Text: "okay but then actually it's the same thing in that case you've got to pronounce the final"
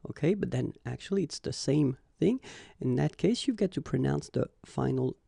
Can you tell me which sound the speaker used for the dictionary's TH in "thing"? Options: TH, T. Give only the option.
TH